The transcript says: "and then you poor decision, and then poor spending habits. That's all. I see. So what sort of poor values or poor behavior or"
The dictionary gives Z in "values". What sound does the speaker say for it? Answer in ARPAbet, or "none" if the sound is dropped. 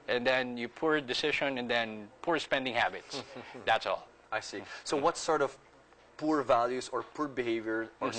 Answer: S